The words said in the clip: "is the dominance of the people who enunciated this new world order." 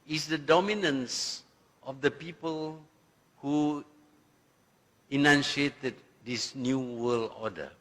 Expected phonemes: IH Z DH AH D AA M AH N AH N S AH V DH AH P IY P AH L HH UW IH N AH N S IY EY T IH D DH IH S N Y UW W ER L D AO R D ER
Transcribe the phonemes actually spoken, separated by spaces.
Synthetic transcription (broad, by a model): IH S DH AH D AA M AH N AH N S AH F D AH P IY P AH L HH UW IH N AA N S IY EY T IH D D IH S N Y UW W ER L AO D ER